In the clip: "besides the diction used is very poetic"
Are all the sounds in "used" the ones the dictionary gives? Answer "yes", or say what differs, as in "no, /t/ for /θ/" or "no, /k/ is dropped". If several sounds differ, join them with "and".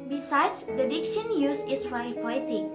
no, /d/ is dropped